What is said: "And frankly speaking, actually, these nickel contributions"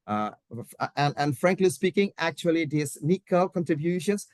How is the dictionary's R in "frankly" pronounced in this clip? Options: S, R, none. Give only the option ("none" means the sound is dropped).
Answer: R